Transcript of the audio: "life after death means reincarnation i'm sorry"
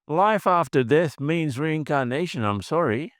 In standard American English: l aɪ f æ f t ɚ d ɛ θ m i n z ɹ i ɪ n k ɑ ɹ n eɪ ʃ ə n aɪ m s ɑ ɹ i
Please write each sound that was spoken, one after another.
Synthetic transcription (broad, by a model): l aɪ f æ f t ɚ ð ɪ s m i n z ɹ i ɪ n k ɑ ɹ n eɪ ʃ ə n aɪ m s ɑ ɹ i